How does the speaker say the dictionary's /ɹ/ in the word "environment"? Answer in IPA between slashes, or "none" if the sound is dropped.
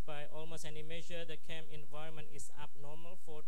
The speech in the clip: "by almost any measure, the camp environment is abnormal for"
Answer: /ɹ/